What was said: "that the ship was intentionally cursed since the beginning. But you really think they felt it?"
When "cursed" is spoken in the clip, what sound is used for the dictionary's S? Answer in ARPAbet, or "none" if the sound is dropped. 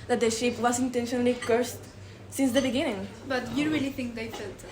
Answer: S